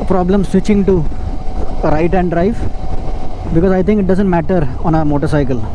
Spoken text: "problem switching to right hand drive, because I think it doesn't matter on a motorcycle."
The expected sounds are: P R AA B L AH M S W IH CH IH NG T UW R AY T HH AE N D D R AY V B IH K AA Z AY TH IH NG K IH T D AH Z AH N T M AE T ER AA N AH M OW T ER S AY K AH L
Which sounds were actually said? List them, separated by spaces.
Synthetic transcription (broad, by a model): P R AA B L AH M S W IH CH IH NG T UW R AY T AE N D D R AY F B IH K AA Z AY T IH NG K IH T D AH Z AH N T M AE T ER AA N AH M OW T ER S AY K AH L